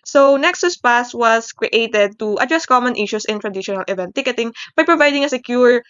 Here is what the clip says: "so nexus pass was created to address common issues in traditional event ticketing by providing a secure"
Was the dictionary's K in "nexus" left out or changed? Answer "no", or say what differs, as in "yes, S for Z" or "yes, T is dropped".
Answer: no